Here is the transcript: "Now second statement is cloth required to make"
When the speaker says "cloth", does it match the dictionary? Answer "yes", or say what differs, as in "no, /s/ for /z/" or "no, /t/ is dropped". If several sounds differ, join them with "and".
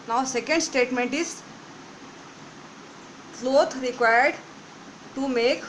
no, /t/ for /θ/